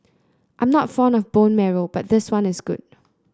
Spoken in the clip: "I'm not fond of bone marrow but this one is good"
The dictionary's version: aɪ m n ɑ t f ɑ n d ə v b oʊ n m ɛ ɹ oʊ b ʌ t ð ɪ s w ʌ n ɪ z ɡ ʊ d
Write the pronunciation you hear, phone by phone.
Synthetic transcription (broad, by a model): aɪ m n ɑ t f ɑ n ə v b oʊ n m ɛ ɹ oʊ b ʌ t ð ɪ s w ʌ n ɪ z ɡ ʊ d